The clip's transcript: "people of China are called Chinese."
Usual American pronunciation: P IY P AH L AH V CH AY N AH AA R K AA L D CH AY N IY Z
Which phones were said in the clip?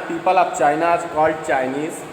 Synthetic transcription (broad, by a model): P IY P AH L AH P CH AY N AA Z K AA L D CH AY N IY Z